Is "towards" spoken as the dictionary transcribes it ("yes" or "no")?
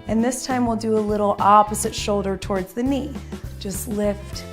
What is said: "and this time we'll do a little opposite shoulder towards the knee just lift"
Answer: yes